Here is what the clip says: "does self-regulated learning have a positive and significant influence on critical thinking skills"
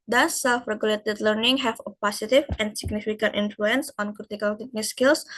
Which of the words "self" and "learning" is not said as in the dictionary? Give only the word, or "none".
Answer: none